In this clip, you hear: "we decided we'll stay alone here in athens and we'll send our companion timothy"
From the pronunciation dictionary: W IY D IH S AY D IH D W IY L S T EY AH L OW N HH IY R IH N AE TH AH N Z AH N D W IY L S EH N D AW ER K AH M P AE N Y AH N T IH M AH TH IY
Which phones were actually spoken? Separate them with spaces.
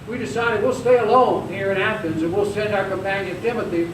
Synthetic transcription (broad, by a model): W IY D IH S AY D IH D W IY L S T EY AH L OW N HH IY R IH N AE F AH N Z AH N W IY L S EH N D AW ER K AH M P AE N Y AH N T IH M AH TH IY